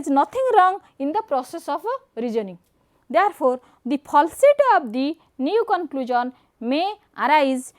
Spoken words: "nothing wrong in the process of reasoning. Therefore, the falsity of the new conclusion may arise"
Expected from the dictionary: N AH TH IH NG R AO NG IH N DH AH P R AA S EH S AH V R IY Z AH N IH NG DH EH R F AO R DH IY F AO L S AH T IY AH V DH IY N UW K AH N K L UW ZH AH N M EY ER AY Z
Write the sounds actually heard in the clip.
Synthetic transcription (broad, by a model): N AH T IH NG R AO NG IH N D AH P R AA S EH S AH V R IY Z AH N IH NG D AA R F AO R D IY P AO L S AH T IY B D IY N UW K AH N K L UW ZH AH N M EY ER AY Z